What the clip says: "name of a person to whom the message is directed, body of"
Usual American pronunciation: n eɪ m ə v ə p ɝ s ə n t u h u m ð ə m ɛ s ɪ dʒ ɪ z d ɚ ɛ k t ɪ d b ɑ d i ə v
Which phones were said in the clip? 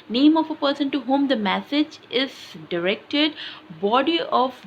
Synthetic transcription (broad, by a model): n eɪ m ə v ə p ɝ s ə n t u h u m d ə m ɛ s ɪ dʒ ɪ z d ɚ ɛ k t ɪ d b ɑ d i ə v